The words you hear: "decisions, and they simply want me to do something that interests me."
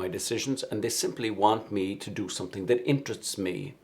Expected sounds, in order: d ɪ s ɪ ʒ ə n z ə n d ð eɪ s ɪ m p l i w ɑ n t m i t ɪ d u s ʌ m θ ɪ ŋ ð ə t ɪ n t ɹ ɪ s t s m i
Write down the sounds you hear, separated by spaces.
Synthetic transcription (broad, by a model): d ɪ s ɪ ʒ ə n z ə n ð eɪ s ɪ m p l i w ɑ n t m i t ɪ d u s ʌ m θ ɪ ŋ ð ə t ɪ n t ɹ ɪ s t s m i